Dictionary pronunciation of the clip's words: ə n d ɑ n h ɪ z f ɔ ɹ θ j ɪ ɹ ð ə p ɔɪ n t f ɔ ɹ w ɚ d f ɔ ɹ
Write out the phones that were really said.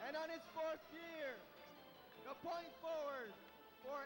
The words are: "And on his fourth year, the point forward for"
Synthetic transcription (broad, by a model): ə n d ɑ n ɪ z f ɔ ɹ s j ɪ ɹ ð ə p ɔɪ n t f ɔ ɹ w ɚ d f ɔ ɹ